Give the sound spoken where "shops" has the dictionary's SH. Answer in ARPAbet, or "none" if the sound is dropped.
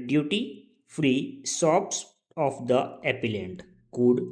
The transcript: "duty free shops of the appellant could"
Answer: S